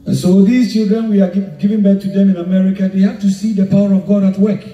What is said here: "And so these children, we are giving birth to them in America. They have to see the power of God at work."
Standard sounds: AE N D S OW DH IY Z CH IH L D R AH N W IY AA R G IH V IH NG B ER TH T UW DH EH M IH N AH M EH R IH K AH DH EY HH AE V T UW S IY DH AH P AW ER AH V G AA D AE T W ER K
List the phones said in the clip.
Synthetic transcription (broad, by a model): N S OW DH IY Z CH IH L D R AH N W IY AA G G IH V IH NG B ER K T UW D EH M IH N AH M EH R IH K AH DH EY HH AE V T UW S IY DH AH P AW ER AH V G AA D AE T W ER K